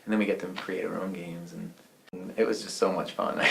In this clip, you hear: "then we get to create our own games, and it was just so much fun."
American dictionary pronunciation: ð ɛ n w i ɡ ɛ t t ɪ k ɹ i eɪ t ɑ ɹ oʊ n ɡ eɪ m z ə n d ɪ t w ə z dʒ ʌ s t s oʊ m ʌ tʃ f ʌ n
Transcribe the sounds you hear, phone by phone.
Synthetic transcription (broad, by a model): ð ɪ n w i ɡ ɛ t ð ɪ k ɹ i eɪ t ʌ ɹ oʊ n ɡ eɪ m z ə n ɪ t w ə z dʒ ʌ s t s oʊ m ʌ tʃ f ʌ n